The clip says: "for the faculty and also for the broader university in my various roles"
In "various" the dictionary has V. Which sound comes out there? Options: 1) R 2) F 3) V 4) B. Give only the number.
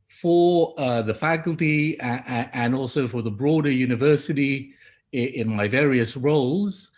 3